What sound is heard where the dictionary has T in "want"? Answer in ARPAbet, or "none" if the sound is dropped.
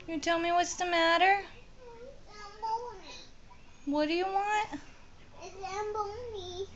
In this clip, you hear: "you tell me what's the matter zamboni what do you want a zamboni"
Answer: T